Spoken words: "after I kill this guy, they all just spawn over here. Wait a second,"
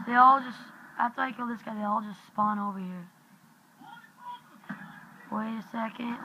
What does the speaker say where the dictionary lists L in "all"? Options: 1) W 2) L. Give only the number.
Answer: 2